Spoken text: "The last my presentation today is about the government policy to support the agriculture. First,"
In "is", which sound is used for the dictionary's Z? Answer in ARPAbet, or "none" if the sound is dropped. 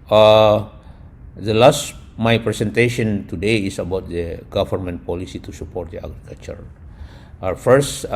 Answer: S